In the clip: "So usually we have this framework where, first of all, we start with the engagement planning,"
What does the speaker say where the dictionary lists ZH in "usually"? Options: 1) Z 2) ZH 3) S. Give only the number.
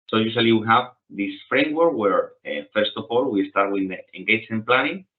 3